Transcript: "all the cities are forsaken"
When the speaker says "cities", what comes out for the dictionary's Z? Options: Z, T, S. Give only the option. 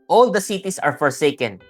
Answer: S